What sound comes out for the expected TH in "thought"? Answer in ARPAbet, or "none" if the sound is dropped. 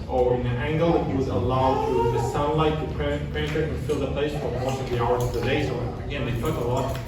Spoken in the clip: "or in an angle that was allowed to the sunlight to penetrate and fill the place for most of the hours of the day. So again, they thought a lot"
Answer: T